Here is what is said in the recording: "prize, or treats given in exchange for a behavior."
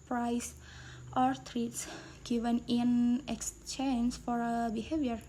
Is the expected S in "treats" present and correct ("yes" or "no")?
yes